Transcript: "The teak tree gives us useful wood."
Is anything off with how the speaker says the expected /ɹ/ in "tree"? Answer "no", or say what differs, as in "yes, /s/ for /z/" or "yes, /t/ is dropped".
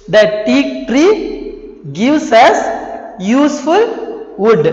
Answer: no